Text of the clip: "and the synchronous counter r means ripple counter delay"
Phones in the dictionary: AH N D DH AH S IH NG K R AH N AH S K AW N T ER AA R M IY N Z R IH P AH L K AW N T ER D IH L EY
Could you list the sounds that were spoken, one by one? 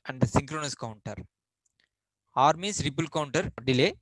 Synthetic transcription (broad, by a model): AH N D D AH S IH NG K R AH N AH S K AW N T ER AA R M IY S R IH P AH L K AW N T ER D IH L EY